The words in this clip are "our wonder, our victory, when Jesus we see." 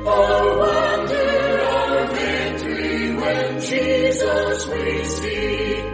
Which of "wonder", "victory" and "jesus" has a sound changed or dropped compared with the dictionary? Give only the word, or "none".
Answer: victory